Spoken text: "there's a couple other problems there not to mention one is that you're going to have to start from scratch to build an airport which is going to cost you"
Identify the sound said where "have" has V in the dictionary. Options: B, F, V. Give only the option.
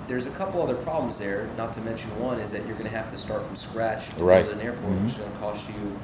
F